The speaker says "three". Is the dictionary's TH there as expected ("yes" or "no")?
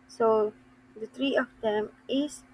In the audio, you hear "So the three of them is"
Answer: no